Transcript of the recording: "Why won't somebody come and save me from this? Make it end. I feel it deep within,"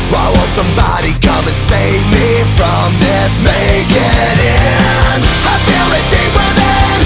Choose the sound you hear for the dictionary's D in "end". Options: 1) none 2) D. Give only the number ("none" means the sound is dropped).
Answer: 1